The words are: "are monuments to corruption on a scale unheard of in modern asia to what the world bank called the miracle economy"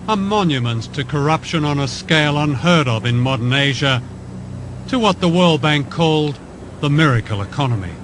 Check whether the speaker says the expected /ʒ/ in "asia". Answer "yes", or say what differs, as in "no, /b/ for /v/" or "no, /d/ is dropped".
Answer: yes